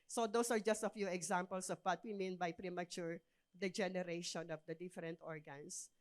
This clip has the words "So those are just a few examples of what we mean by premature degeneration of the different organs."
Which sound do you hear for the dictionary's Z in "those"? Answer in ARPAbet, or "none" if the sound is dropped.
S